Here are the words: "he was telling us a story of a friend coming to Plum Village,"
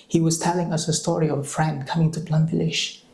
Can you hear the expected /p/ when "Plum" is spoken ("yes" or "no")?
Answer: no